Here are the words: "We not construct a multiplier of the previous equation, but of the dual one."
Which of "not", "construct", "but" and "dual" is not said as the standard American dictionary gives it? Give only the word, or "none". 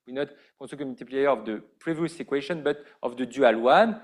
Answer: construct